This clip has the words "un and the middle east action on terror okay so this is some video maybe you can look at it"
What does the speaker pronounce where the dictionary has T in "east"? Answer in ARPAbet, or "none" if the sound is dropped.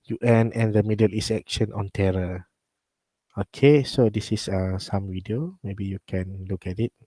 none